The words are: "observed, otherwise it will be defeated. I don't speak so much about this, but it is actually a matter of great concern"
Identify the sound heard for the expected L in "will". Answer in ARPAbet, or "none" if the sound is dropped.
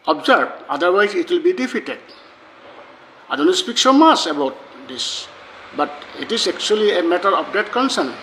L